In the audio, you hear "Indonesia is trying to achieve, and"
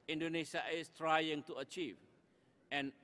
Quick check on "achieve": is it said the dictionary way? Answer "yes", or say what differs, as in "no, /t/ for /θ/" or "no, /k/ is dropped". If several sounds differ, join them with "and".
yes